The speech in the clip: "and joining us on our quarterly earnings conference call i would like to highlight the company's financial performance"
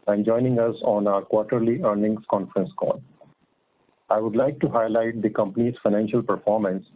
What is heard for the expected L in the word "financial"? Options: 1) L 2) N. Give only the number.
1